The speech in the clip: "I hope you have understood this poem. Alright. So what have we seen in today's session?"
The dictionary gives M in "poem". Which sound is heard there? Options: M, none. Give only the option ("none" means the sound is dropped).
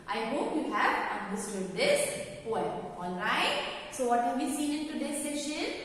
none